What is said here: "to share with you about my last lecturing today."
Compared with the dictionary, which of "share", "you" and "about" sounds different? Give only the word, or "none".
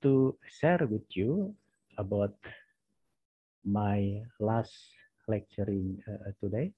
share